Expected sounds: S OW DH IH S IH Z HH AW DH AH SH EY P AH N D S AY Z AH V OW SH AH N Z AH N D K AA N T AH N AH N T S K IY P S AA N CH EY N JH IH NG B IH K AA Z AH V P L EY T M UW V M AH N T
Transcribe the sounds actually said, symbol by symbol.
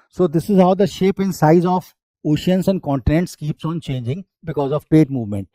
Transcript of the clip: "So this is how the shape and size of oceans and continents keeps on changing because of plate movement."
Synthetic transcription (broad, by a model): S OW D IH S IH Z HH AW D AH SH EY P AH N S AY Z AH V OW SH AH N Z AH N D K AA N T AH N AH N T S K IY P S AA N CH EY N JH IH NG B IH K AA Z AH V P EY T M UW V M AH N T